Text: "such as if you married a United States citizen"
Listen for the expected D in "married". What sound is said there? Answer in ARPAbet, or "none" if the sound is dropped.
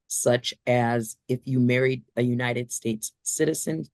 D